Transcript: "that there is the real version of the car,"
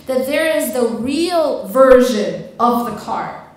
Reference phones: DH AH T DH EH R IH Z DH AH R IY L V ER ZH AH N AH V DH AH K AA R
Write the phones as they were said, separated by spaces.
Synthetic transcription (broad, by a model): DH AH T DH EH R IH Z DH AH R IY L V ER ZH AH N AH V DH AH K AA R